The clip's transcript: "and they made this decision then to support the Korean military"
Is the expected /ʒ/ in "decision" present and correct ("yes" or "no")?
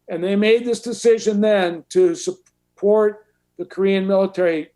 yes